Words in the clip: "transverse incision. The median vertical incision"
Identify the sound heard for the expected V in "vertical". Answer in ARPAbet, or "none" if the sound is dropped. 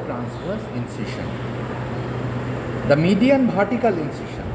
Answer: B